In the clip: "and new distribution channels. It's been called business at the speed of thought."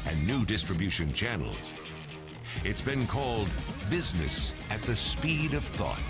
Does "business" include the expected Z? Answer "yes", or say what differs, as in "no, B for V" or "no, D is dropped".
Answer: yes